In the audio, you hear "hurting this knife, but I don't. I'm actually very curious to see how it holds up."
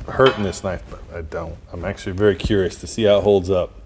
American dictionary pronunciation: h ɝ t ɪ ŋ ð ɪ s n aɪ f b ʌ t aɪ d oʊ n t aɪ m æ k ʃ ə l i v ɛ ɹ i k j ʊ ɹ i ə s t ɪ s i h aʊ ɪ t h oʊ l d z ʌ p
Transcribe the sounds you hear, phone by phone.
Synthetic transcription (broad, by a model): h ɝ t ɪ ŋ ð ɪ s n aɪ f b ʌ t aɪ d oʊ n t aɪ m æ k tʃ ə l i v ɛ ɹ i k j ʊ ɹ i ə s t ɪ s i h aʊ ɪ t h oʊ l d z ʌ p